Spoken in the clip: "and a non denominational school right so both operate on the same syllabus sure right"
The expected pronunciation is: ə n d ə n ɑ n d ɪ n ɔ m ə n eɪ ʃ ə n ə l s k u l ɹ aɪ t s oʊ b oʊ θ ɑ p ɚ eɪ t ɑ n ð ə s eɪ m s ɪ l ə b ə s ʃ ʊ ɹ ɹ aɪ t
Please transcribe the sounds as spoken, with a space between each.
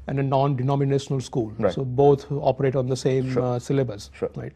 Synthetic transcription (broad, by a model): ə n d ə n ɑ n d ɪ n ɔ m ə n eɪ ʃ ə n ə l s k u l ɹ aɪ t s oʊ b oʊ t ɑ p ɚ eɪ t ɑ n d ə s eɪ m s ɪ l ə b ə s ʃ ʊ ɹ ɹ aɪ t